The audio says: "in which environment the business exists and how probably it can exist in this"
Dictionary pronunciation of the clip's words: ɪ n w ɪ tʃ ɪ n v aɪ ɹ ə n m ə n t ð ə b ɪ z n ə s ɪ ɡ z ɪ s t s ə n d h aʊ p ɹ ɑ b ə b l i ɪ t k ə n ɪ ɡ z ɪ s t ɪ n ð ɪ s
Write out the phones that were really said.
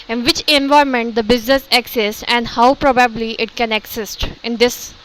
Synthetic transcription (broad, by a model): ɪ n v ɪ tʃ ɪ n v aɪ ə m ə n t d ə b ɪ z n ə s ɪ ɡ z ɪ s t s ə n d h aʊ p ɹ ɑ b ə b l i ɪ t k ə n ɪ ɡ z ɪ s t ɪ n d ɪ s